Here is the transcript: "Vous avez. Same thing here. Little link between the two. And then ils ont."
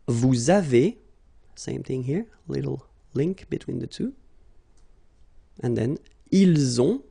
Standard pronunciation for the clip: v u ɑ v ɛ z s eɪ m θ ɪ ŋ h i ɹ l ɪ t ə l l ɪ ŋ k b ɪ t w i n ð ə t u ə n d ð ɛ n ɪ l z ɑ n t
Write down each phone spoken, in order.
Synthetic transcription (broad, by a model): v u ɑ v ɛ s eɪ m θ ɪ ŋ h i ɹ l ɪ t l l ɪ ŋ k b ɪ t w i n ð ə t u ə n ð ɛ n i l z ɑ